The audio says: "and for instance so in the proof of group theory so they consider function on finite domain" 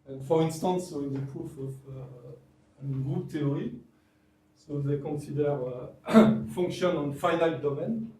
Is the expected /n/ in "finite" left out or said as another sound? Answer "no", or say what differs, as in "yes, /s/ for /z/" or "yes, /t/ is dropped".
yes, /l/ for /n/